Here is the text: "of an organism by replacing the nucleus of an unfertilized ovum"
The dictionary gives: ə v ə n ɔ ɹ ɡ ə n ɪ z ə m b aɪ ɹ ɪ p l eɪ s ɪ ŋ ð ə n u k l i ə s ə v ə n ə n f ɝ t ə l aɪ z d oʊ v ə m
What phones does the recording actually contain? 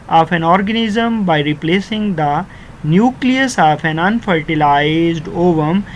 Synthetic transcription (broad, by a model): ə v ə n ɔ ɹ ɡ ə n ɪ z ə m b aɪ ɹ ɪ p l eɪ s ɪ ŋ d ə n u k l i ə s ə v ə n ə n f ɝ t ə l aɪ z d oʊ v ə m